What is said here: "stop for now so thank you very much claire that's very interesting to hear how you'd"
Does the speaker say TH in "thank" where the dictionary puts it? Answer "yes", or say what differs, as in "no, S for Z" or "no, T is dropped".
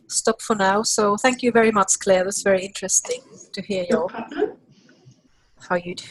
yes